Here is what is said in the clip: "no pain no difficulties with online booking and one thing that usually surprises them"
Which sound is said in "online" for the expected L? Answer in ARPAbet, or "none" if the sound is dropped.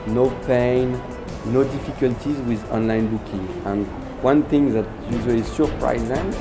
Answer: L